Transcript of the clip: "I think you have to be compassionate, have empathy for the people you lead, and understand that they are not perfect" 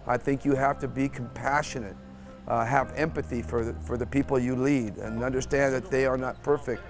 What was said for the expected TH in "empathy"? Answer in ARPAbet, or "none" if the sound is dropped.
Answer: TH